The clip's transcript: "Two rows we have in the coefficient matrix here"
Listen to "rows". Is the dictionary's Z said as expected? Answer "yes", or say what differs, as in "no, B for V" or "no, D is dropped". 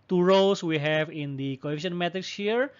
no, S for Z